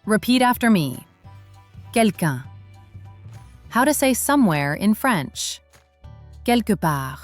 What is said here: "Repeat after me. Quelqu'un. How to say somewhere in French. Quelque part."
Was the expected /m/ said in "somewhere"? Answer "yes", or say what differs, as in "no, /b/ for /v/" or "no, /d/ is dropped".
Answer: yes